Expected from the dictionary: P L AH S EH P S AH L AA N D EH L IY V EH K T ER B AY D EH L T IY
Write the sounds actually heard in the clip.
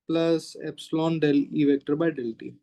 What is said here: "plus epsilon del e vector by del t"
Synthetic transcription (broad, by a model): P L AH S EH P S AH L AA N D EH L IY V EH K T ER B AY D EH L T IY